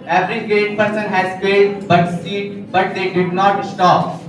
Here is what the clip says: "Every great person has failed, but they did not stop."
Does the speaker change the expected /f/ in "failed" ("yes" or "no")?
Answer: yes